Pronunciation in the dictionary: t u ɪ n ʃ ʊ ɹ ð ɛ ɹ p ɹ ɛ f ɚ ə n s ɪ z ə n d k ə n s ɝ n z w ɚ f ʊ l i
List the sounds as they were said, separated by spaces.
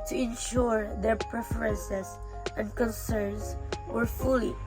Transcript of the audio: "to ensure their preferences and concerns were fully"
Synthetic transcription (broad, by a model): t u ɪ n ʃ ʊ ɹ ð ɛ ɹ p ɹ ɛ f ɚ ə n s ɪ s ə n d k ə n s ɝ n s w ɚ f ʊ l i